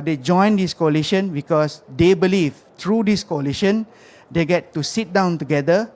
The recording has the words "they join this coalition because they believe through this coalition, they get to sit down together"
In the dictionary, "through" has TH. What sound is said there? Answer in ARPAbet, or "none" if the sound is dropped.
T